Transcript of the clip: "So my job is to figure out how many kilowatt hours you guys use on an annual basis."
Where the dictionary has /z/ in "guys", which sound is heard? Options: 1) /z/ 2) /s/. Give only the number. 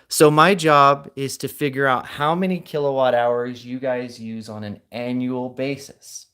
1